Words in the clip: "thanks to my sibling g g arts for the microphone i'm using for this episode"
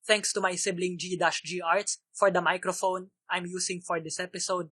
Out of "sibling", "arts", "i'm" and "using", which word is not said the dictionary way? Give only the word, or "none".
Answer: using